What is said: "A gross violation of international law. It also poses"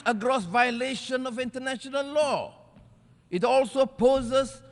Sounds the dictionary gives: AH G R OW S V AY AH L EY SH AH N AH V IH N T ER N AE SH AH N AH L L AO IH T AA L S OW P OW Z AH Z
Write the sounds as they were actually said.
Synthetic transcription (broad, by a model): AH G R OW S V AY AH L EY SH AH N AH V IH N T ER N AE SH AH N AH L L AO IH T AA L S OW P OW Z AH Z